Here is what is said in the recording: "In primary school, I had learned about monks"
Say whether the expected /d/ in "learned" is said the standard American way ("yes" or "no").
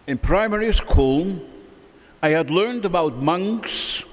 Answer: yes